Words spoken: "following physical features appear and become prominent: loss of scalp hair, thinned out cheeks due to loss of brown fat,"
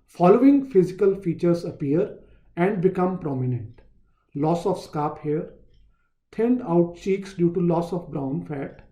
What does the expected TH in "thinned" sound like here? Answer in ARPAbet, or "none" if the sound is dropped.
T